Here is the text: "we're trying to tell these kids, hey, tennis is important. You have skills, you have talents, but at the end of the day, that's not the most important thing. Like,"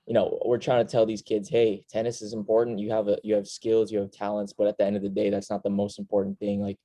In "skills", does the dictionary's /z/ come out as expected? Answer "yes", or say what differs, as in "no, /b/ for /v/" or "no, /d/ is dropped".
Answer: yes